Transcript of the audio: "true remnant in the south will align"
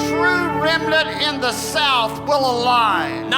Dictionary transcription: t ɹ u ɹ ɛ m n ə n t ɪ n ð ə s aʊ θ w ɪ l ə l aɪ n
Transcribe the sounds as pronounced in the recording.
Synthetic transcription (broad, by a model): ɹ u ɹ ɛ m l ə t ɪ n ð ə s aʊ θ w ɪ l ə l aɪ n